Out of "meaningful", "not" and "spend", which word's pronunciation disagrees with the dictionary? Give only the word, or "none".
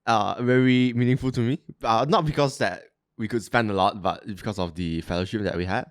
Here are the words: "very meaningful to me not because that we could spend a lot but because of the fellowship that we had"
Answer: none